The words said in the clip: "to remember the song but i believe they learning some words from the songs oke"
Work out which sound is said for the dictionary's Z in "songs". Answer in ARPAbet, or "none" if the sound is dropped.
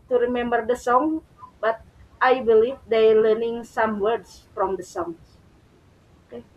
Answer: none